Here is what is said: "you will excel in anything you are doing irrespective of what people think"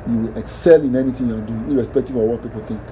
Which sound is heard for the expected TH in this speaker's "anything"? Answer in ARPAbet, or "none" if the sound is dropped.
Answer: T